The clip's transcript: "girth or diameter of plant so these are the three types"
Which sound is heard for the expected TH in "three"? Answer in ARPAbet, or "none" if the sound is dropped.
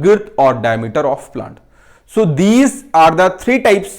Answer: T